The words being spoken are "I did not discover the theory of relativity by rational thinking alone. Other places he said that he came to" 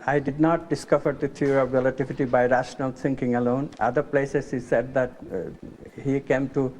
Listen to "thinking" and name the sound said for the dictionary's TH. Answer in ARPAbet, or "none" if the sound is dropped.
T